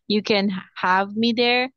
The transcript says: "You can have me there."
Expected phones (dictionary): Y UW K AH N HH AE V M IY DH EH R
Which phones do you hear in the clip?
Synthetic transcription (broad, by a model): Y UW K AH N HH AE V M IY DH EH R